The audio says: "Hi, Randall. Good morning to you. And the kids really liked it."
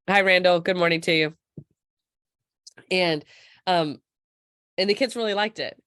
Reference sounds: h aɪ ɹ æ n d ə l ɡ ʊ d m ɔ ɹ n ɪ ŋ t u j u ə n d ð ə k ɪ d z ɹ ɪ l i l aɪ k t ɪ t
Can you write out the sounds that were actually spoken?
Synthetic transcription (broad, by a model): h aɪ ɹ æ n d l ɡ ʊ d m ɔ ɹ n ɪ ŋ t u j u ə n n ð ə k ɪ d z ɹ ɪ l i l aɪ k t ɪ t